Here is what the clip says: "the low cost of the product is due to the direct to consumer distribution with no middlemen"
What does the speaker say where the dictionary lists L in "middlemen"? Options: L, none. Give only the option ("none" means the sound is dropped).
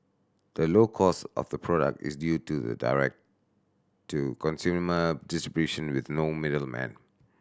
L